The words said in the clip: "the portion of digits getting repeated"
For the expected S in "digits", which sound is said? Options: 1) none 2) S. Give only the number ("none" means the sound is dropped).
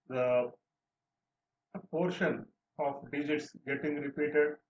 2